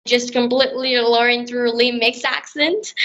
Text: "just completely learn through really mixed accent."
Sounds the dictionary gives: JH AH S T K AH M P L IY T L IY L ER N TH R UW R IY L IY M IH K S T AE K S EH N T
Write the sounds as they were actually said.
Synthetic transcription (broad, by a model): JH AH S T K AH M P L IY T L IY L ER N TH R UW L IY M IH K S AE K S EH N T